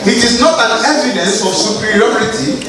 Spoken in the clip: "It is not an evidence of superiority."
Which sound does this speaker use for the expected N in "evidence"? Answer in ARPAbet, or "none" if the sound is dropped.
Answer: none